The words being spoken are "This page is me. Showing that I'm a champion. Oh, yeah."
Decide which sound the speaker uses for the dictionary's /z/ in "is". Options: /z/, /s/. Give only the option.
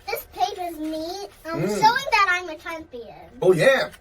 /z/